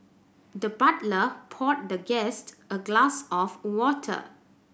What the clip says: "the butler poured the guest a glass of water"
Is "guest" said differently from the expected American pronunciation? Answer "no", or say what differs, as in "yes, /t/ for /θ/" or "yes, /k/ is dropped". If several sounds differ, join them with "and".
no